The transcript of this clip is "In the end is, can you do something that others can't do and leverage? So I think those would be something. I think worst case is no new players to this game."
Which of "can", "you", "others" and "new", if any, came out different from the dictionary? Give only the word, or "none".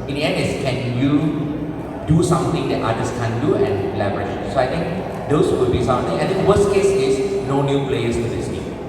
others